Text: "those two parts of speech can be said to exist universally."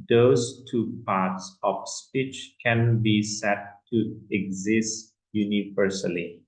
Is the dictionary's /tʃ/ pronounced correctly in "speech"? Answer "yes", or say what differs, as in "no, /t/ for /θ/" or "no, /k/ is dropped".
yes